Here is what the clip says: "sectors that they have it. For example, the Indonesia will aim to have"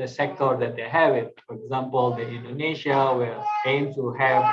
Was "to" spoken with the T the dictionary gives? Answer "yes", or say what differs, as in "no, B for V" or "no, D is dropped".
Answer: no, S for T